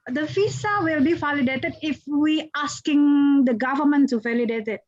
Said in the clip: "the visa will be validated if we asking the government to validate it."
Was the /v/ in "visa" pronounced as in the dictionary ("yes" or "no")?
no